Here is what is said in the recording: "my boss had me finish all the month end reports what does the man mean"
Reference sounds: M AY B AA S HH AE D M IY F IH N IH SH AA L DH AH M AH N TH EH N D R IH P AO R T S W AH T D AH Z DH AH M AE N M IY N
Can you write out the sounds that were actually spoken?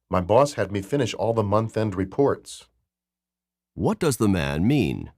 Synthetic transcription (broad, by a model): M AY B AA S HH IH D M IY F IH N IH SH AA L DH AH M AH N TH EH N D R IH P AO R T S W AH T D AH Z DH AH M AE N M IY N